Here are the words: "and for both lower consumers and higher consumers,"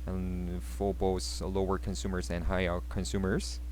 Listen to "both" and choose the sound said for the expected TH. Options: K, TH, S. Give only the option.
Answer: S